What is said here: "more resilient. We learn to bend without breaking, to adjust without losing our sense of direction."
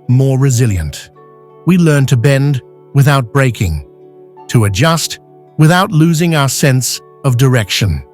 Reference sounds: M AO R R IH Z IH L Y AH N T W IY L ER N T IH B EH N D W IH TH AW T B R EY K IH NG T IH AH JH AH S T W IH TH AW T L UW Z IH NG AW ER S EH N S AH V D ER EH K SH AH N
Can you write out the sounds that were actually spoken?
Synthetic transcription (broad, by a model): M AO R R IH Z IH L Y AH N T W IY L ER N T IH B EH N D W IH TH AW T B R EY K IH NG T IH AH JH AH S T W IH TH AW T L UW Z IH NG AW ER S EH N S AH V D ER EH K SH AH N